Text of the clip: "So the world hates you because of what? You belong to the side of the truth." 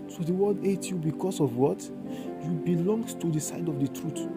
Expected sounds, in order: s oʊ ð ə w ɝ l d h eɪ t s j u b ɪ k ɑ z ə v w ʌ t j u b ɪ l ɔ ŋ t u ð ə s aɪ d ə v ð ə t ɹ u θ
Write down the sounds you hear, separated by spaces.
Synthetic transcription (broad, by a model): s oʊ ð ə w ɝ d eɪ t j u b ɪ k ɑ s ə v w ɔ t j u b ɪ l ɔ ŋ t u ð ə s aɪ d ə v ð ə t ɹ u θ